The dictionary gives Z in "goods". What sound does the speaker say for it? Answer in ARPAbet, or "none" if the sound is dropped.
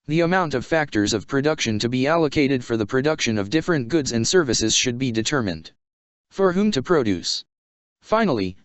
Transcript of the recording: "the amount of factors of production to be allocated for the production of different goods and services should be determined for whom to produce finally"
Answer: Z